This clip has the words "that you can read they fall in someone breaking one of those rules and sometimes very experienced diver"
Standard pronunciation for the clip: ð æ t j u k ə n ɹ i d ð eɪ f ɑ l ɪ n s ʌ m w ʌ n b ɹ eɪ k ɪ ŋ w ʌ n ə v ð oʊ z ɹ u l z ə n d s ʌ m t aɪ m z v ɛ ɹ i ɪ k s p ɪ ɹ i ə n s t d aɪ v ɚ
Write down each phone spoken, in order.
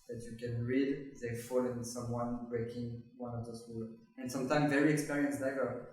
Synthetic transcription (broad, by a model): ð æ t j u k ə n ɹ i d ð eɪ f ɑ l ɪ n s ʌ m w ʌ n b ɹ eɪ k ɪ ŋ w ʌ n ə v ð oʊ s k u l ə n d s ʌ m t aɪ m v ɛ ɹ i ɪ k s p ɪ ɹ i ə n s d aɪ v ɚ